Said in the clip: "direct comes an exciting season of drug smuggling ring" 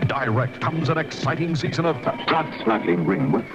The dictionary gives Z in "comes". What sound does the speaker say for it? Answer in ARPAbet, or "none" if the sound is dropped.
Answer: Z